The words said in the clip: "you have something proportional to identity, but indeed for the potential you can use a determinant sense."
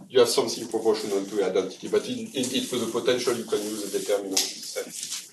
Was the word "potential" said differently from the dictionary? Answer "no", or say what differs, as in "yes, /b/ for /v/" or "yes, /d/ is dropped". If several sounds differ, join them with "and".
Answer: no